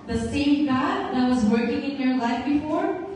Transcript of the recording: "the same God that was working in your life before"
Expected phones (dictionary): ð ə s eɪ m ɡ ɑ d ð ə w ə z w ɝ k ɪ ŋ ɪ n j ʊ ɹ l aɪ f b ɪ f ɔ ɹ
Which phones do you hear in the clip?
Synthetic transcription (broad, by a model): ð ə s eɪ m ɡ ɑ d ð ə w ə z w ɝ k ɪ ŋ ɪ n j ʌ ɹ l aɪ f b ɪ f ɔ ɹ